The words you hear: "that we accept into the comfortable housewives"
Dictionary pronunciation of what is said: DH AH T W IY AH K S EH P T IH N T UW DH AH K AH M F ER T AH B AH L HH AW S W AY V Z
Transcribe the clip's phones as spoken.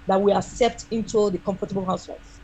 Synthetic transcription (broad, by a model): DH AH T W IY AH S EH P T IH N T UW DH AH K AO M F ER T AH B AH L HH AW S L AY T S